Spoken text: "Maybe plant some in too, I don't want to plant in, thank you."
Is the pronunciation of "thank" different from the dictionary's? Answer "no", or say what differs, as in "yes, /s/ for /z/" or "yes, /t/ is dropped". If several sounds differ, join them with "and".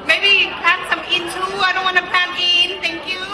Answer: yes, /t/ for /θ/